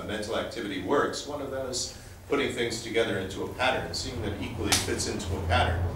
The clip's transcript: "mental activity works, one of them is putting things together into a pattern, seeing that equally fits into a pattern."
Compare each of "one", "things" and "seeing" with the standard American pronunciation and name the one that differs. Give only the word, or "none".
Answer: none